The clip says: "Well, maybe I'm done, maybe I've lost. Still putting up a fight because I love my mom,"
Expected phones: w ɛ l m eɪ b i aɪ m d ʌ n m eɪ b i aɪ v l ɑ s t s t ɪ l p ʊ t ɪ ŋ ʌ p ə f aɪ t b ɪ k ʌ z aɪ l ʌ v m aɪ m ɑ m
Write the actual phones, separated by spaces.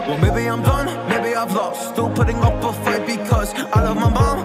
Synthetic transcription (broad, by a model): w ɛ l m eɪ b i aɪ m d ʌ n m eɪ b i aɪ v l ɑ t s t ɪ l p ʊ t ɪ ŋ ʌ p ə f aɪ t b ɪ k ʌ z aɪ l ʌ v m aɪ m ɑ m